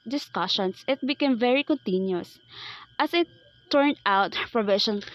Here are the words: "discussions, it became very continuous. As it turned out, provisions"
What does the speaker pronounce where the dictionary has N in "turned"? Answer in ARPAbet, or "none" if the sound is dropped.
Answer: N